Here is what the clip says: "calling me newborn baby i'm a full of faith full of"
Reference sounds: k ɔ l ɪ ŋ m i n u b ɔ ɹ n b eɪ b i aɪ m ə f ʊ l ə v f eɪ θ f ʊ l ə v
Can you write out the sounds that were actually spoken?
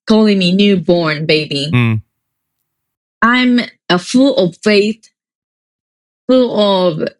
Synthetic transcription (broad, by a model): k ɔ l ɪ ŋ m i n u b ɔ ɹ n b eɪ b i aɪ m ə f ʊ l ə v f eɪ θ f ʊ l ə v